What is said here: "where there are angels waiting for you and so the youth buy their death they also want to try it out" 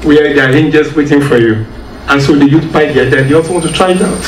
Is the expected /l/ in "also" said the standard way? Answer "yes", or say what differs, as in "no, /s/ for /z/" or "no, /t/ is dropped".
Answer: yes